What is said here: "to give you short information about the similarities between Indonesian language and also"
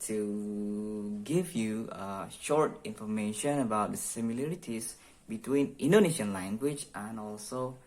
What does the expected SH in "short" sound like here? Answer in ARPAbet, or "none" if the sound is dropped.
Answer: SH